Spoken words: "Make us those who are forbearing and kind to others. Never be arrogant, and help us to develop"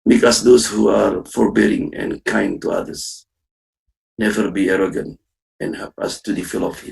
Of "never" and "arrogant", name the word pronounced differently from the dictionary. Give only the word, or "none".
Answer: none